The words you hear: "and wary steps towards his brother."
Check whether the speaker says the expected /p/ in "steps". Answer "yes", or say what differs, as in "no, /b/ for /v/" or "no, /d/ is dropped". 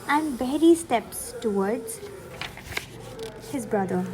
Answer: yes